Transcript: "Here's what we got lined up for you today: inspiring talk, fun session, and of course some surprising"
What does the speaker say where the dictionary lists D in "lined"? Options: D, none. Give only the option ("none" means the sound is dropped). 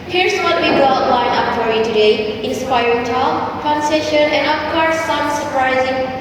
none